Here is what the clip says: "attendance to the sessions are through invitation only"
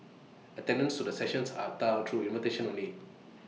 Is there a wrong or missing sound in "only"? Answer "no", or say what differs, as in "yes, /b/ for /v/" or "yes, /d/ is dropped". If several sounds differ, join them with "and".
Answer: yes, /l/ is dropped